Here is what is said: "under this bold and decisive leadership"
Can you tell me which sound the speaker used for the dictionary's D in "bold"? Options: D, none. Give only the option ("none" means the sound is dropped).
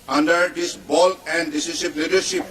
none